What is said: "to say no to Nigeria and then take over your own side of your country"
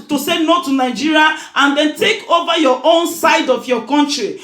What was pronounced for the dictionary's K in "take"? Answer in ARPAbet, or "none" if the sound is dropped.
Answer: K